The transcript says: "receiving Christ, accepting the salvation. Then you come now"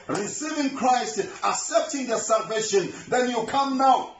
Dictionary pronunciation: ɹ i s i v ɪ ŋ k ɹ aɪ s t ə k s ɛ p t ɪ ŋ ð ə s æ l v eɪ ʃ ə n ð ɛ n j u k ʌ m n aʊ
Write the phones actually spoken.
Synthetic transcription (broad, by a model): ɹ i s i v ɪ ŋ k ɹ aɪ s t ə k s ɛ p t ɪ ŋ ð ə s æ l v eɪ ʃ ə n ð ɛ n j u k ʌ m n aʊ